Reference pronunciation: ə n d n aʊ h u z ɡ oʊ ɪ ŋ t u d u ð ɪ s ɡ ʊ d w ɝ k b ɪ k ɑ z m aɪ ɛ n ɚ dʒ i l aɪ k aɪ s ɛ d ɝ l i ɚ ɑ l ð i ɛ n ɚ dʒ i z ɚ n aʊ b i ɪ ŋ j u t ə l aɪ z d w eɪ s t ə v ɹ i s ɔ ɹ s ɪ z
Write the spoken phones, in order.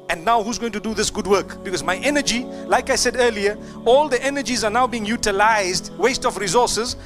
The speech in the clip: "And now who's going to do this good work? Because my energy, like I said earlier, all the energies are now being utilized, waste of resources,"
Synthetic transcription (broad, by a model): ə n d n aʊ h u z ɡ oʊ ɪ ŋ t u d u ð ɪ s ɡ ʊ d w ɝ k b ɪ k ɑ z m aɪ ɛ n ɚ dʒ i l aɪ k aɪ s ɛ d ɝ l i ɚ ɑ l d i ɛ n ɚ dʒ i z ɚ n aʊ b i ɪ ŋ j u t ə l aɪ z d w eɪ s t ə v ɹ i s ɔ s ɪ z